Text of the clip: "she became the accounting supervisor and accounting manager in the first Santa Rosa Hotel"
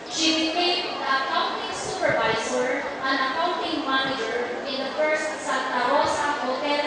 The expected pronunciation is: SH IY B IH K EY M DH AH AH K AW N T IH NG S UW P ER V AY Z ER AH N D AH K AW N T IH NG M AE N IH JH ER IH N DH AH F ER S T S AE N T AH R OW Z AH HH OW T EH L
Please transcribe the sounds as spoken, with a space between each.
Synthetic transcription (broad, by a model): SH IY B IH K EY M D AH AH K AW N T IH NG S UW P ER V AY S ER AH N AH K AW N T IH NG M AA N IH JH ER IH N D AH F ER S T S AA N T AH R OW S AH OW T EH